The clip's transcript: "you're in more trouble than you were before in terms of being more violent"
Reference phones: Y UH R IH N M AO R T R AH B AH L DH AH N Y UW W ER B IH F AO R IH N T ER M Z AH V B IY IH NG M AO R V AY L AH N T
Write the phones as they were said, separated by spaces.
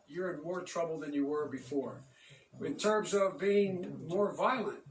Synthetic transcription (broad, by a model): Y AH R IH N M AO R T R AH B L DH AH N Y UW W ER B IH F AO R IH N T ER M Z AH V B IY IH NG M AO R V AY L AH N T